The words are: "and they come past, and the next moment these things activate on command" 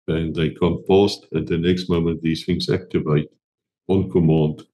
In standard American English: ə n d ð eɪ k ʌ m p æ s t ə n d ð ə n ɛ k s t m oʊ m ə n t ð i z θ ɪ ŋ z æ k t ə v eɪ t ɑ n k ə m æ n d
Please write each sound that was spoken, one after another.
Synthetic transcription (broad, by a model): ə n ð eɪ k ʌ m f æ s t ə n ð ə n ɛ k s t m oʊ m ə n t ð i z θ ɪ ŋ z æ k t ə v eɪ t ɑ n k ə m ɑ n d